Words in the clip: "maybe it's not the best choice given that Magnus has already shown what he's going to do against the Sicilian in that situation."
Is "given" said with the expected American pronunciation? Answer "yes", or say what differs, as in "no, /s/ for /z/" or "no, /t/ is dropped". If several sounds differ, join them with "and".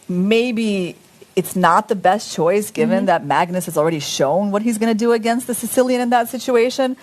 yes